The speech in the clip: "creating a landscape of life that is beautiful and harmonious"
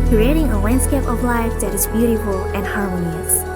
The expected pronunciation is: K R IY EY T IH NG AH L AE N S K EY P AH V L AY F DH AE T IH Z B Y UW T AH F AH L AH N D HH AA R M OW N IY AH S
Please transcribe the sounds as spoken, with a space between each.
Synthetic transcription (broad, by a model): K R IY EY T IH NG AH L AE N S K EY P AH V L AY F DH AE T IH Z B Y UW T AH F AH L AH N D HH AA R M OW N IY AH S